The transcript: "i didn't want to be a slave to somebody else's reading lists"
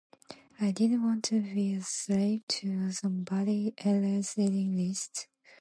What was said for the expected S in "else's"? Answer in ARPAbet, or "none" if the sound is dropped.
none